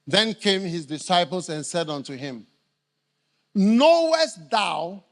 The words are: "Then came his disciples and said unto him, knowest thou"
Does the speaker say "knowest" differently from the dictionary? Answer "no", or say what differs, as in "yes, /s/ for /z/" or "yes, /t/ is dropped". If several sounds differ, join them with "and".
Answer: no